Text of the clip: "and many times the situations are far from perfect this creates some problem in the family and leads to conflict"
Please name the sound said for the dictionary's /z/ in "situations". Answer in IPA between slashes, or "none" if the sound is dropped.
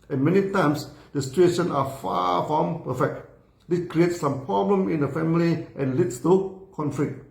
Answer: none